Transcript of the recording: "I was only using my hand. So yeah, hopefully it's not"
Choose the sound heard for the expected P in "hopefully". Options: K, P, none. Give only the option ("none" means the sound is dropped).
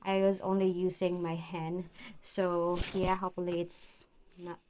none